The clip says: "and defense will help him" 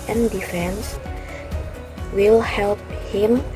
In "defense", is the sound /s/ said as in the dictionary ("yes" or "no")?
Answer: yes